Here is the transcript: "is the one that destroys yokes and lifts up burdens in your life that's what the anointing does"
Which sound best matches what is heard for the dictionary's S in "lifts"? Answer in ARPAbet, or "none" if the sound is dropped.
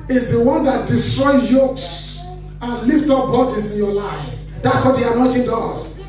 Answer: none